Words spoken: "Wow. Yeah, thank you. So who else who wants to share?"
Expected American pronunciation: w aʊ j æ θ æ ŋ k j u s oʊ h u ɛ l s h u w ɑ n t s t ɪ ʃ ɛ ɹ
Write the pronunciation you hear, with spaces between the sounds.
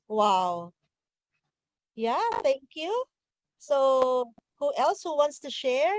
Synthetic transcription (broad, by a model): w aʊ j æ θ æ ŋ k j u s oʊ h u ɛ l s h u w ɑ n t s t ɪ ʃ ɛ ɹ